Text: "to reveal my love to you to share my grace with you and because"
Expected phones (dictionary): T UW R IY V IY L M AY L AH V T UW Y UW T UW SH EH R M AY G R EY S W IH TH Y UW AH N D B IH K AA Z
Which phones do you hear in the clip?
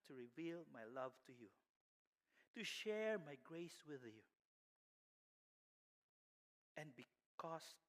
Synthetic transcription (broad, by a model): T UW R IY V IY L M AY L AH V T UW Y UW T UW SH EH R M AY G R EY S W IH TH Y UW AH N B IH K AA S